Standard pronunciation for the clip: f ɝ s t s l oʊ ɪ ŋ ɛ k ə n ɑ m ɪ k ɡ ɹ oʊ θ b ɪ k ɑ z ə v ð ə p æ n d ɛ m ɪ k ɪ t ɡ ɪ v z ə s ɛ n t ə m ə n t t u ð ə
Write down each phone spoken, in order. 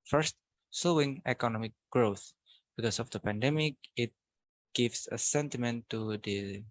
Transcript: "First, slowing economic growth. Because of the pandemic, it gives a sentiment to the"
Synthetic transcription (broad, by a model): f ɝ s t s oʊ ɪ ŋ ɛ k ə n ɑ m ɪ k ɡ ɹ oʊ θ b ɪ k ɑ s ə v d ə p æ n d ɛ m ɪ k ɪ t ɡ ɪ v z ə s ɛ n t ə m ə n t t u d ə